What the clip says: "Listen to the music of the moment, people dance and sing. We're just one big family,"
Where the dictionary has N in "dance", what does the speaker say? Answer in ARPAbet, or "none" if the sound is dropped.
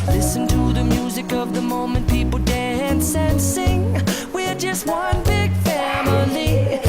N